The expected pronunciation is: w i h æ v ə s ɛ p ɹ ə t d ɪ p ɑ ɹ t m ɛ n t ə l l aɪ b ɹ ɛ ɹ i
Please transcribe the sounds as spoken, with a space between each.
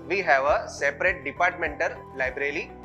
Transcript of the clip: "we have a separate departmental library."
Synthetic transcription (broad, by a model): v i h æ v ə s ɛ p ɹ ə t d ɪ p ɑ ɹ t m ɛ n t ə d l aɪ b ɹ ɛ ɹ i